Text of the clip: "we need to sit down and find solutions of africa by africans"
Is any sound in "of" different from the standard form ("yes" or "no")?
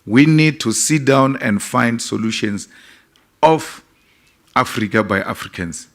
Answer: yes